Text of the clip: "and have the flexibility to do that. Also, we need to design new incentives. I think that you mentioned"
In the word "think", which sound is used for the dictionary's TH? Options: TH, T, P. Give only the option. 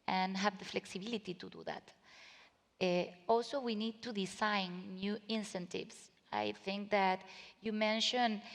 TH